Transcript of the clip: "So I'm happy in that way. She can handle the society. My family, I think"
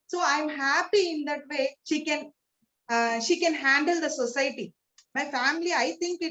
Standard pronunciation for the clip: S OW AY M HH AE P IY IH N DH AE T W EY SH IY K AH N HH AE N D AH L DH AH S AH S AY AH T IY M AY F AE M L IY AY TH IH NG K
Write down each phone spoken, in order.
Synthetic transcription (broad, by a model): S OW AY M HH AE P IY IH N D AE T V EY SH IY K AH N HH AE N D AH L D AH S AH S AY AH T IY M AY F AE M L IY AY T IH NG K